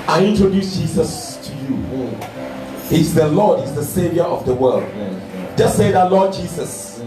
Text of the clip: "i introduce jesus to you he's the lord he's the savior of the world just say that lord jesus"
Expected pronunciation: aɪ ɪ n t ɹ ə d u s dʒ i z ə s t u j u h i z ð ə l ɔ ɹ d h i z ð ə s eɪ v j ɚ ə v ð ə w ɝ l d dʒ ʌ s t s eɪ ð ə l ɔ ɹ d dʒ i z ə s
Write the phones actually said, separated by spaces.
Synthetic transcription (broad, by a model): aɪ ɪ n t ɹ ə d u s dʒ i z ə s t u j u h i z ð ə l ɔ d h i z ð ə s eɪ v j ɚ ə v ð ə w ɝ l d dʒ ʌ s s eɪ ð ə l ɔ d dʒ i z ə s